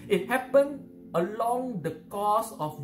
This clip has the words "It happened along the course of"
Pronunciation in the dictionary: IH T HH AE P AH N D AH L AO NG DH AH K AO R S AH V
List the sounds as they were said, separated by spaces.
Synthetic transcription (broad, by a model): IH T HH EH P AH N AH L AO NG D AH K AO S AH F